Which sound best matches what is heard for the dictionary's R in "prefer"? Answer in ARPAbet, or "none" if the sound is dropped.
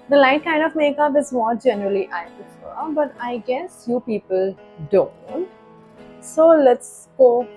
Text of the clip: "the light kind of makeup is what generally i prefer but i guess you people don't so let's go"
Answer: none